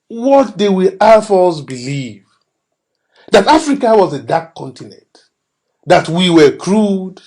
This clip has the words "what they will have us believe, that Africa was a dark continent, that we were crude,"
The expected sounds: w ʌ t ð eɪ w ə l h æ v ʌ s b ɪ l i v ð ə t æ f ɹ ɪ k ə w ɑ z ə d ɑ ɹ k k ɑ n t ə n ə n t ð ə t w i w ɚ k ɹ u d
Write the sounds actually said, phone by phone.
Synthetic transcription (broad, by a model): w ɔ t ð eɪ w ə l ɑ f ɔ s b ɪ l i v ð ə t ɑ f ɹ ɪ k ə w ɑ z ə d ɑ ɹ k k ɑ n t ə n ə n t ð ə t w i w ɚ k ɹ u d